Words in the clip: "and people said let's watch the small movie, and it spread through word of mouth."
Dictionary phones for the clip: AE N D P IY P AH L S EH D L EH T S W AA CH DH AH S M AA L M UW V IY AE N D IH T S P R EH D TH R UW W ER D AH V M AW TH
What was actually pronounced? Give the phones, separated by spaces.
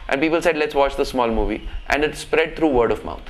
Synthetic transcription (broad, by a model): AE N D P IY P AH L S EH D L EH T S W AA CH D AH S M AA L M UW V IY AE N D IH T S P R EH D T R UW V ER D AH V M AW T